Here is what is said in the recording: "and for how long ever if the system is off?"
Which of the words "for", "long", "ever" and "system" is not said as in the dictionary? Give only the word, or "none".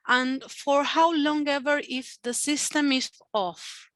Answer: none